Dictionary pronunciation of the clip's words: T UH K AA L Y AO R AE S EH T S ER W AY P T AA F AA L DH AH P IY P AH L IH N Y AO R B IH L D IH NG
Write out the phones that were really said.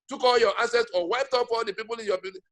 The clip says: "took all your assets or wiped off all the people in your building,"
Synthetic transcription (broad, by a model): T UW K AA L Y AO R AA S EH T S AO W AY P T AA P AA L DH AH P IY P AH L IH N Y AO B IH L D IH